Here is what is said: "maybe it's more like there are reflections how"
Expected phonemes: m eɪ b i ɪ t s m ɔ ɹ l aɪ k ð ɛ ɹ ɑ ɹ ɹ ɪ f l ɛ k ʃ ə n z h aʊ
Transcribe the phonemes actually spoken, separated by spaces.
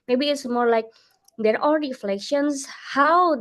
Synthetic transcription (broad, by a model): m eɪ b i ɪ t s m ɔ ɹ l aɪ k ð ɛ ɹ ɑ l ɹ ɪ f l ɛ k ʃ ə n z h aʊ